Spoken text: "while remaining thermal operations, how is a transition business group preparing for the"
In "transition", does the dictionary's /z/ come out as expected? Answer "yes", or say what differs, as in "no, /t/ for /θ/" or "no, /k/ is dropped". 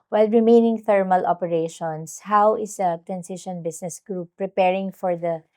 no, /s/ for /z/